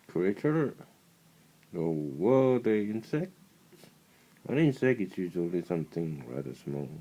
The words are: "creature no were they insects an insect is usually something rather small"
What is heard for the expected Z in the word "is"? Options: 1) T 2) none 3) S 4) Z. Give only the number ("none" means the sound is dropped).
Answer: 3